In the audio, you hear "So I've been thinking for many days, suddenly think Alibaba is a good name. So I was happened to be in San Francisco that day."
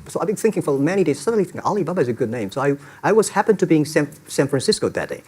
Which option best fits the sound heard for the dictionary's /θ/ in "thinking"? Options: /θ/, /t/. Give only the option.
/θ/